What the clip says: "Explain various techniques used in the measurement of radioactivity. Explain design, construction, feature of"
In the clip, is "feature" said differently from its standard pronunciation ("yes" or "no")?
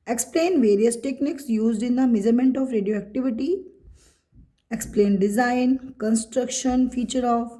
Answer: no